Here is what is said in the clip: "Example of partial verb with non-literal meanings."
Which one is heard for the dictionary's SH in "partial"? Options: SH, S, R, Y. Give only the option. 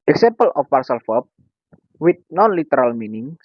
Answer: S